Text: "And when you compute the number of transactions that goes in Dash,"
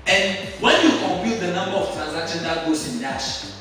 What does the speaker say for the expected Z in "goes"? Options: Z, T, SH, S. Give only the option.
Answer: S